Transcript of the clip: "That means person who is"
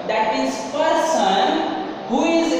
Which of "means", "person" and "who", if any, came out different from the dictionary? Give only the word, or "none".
means